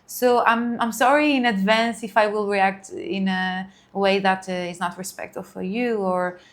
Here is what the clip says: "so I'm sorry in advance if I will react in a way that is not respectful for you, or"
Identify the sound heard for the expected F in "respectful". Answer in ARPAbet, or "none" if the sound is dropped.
none